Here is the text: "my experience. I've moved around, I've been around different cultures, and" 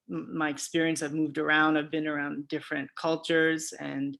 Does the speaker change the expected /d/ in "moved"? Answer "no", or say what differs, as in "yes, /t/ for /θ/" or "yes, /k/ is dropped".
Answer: no